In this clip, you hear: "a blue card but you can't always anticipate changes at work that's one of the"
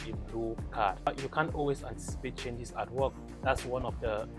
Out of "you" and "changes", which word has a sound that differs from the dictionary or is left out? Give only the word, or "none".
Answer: changes